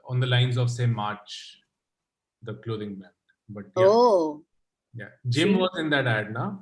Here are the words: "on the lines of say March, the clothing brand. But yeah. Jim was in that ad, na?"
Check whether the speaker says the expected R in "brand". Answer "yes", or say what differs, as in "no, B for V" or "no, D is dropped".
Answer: no, R is dropped